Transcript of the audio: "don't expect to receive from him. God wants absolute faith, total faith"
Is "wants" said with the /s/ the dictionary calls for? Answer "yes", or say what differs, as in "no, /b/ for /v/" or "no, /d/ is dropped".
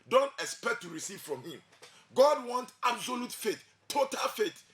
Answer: no, /s/ is dropped